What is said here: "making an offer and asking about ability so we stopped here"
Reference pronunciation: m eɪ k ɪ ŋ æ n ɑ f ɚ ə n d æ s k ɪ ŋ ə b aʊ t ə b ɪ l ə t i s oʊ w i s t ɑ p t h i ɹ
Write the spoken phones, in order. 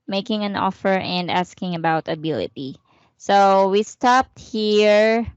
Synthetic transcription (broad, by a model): m eɪ k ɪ ŋ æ n ɑ f ɚ ə n d æ s k ɪ ŋ ə b aʊ t ə b ɪ l ə t i s oʊ w i s t ɑ p t h i ɹ